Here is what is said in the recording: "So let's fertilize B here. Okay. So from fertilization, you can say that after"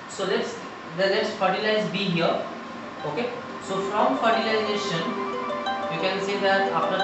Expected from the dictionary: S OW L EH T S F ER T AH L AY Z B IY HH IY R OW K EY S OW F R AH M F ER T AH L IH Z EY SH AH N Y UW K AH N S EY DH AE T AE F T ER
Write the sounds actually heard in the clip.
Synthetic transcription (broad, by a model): S OW L EH T S F ER T AH L AY Z B IY HH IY R OW K EY S OW F R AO M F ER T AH L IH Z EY SH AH N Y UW K AH N S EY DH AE T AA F T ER